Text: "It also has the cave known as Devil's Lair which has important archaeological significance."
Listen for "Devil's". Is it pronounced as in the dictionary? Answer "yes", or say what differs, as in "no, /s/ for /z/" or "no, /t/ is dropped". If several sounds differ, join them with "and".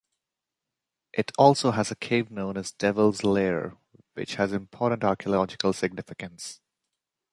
yes